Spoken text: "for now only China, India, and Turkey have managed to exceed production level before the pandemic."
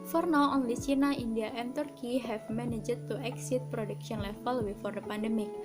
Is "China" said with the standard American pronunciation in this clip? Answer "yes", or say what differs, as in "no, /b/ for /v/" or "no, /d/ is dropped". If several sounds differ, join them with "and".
no, /s/ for /tʃ/